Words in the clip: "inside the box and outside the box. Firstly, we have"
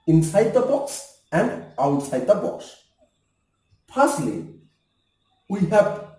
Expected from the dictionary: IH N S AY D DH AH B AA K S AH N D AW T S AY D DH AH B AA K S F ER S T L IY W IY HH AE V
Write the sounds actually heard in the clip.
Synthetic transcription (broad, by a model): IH N S AY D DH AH B AA K S AH N D AW T S AY D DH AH B AA K S P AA S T L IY W IY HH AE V